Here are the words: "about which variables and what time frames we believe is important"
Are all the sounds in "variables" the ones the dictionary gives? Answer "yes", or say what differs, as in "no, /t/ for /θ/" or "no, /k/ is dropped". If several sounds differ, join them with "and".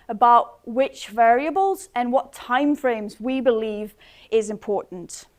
yes